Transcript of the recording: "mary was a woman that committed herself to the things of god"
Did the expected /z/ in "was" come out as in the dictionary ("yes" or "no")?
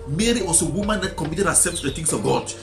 no